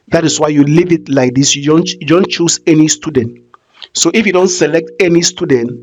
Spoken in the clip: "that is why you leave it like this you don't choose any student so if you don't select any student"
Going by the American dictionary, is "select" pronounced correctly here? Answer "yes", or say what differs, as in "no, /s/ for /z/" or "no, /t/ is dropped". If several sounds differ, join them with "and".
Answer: yes